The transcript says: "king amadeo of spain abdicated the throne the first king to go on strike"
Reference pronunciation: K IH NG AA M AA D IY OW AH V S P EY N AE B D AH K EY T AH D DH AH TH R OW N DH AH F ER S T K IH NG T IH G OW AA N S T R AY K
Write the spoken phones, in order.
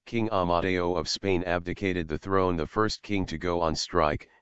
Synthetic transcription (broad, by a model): K IH NG AA M AA D IY OW AH V S P EY N AE B D AH K EY T AH D DH AH TH R OW N DH AH F ER S T K IH NG T IH G OW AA N S T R AY K